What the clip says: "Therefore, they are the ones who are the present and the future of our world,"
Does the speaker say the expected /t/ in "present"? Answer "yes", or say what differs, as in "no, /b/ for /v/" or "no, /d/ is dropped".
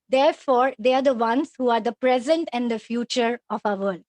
yes